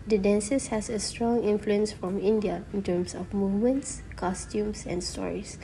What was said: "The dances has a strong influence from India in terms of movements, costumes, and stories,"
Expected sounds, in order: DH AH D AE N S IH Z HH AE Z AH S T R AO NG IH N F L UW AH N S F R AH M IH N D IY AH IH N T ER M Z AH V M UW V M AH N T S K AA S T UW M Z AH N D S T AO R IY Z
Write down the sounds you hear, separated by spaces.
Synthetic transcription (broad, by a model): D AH D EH N S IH S HH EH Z AH S T R AO NG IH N F L UW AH N S F R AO M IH N D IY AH IH N T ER M S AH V M UW V M AH N T S K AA S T UW M S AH N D S T AO R IY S